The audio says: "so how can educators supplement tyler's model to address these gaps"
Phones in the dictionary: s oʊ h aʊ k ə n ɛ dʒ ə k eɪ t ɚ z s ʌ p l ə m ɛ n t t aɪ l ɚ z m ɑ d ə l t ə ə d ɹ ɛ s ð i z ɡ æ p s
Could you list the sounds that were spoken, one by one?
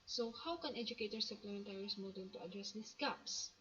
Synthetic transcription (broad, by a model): s oʊ h aʊ k ə n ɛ dʒ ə k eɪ t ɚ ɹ s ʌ p l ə m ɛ n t t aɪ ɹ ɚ s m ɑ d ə n t ə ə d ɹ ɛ s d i s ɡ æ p s